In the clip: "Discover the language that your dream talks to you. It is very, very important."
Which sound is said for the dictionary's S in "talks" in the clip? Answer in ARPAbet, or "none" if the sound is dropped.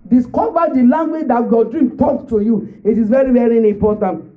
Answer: none